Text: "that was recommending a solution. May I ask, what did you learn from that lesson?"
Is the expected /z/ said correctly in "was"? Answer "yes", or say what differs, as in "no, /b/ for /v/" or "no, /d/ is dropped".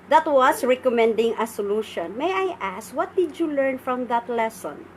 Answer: no, /s/ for /z/